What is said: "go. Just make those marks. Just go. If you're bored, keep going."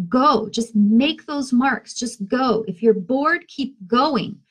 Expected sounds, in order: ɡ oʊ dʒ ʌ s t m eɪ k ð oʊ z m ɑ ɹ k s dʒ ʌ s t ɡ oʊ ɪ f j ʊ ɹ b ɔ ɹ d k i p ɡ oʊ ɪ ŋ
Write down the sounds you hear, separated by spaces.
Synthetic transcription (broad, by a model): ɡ oʊ dʒ ʌ s t m eɪ k ð oʊ z m ɑ ɹ k s dʒ ʌ s t ɡ oʊ ɪ f j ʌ ɹ b ɔ ɹ d k i p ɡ oʊ ɪ ŋ